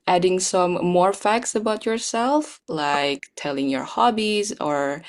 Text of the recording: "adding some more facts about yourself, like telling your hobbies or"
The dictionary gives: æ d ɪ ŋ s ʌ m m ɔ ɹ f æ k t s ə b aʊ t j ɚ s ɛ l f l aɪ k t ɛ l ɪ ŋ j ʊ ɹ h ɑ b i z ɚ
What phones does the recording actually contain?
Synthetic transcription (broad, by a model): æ d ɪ ŋ s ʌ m m ɔ ɹ f æ k t s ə b aʊ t j ɚ s ɛ l f l aɪ k t ɛ l ɪ ŋ j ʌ ɹ h ɑ b i z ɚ